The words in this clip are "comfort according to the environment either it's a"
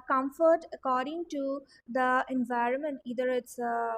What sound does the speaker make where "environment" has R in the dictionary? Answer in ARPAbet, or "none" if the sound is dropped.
R